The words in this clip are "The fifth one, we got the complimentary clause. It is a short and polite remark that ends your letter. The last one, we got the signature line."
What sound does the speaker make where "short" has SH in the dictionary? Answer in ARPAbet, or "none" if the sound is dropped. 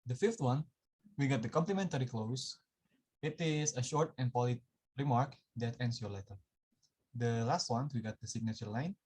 SH